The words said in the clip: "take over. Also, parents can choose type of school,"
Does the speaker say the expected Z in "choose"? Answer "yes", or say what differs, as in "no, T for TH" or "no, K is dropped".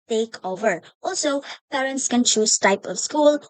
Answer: no, S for Z